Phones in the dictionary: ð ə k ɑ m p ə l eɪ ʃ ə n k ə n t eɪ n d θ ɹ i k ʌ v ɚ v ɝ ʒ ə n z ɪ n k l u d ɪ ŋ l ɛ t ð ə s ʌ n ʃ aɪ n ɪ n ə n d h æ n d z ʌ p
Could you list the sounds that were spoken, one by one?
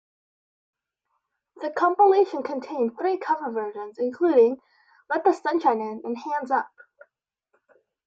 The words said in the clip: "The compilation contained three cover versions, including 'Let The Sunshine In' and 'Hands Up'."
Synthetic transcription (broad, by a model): ð ə k ɑ m p ə l eɪ ʃ ə n k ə n t eɪ n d θ ɹ i k ʌ v ɚ v ɝ ʒ ə n z ɪ n k l u d ɪ ŋ l ɛ t ð ə s ʌ n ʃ aɪ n ɪ n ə n h æ n d z ʌ p